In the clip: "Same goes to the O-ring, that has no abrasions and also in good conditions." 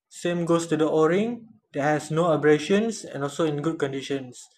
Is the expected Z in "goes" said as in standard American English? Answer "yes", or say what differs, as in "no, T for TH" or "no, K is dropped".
no, S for Z